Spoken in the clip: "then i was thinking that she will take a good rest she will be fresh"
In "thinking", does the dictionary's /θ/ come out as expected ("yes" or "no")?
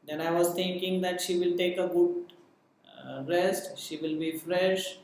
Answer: no